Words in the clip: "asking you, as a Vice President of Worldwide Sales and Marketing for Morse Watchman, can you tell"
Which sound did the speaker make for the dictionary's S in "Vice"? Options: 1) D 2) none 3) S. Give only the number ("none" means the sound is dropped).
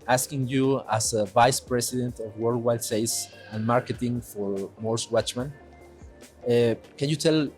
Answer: 3